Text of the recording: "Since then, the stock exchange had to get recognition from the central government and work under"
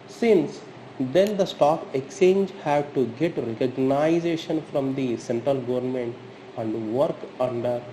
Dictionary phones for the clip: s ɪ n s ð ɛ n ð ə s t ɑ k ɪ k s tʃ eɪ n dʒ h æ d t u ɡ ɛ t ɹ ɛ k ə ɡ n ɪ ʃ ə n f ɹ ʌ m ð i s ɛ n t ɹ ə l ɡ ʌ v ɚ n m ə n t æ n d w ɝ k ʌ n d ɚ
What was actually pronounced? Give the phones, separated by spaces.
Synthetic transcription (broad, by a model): s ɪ n s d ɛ n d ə s t ɑ k ɪ k s tʃ eɪ n dʒ h æ d t u ɡ ɛ t ɹ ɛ k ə ɡ n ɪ ʃ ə n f ɹ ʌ m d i s ɛ n t ɹ ə l ɡ ʌ v ɚ n m ə n t æ n d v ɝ k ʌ n d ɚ